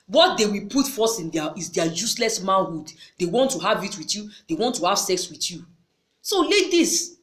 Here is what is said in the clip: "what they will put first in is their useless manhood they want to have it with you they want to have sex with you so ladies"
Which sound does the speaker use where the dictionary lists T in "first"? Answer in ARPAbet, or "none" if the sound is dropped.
none